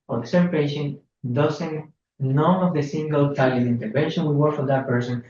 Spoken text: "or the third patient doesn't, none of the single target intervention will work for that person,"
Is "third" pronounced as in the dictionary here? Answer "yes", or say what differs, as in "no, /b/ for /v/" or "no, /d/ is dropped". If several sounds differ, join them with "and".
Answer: no, /s/ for /θ/